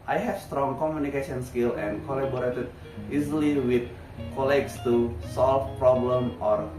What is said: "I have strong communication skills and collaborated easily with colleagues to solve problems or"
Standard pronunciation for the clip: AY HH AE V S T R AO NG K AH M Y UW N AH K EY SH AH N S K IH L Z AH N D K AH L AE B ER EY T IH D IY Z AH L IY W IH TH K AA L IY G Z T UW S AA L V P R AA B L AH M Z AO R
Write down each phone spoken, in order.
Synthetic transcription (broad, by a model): AY HH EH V S T R AO NG K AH M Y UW N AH K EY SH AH N S K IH L AH N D K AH L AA B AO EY T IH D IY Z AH L IY W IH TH K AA L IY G S T UW S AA L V P R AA B L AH M AO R